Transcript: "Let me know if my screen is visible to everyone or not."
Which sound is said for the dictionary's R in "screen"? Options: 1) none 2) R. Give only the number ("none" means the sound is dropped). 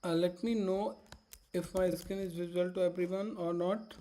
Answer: 1